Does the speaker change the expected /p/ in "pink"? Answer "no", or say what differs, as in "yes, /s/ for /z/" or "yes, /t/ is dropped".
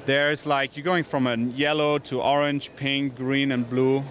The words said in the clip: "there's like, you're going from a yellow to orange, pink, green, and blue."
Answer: no